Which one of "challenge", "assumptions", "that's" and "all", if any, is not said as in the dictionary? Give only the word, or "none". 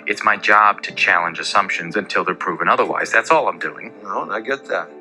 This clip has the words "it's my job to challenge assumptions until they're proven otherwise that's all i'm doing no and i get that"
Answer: none